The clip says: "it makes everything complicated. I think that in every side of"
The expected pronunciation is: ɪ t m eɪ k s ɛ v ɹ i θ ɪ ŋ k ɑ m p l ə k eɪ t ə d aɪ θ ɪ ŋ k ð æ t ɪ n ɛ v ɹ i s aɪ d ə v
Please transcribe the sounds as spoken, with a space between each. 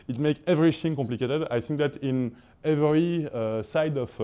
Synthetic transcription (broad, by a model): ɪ t m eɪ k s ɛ v ɹ i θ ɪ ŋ k ɑ m p l ə k eɪ t ə d aɪ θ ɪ ŋ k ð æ t ɪ n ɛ v ɹ i s aɪ d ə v